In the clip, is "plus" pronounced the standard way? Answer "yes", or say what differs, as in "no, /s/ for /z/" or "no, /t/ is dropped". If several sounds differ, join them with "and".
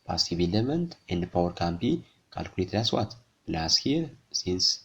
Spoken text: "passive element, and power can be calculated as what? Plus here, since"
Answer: no, /b/ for /p/